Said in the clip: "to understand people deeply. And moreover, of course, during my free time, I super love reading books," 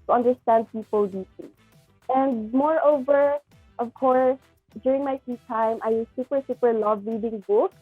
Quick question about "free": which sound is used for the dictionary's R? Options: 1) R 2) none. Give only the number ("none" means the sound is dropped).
2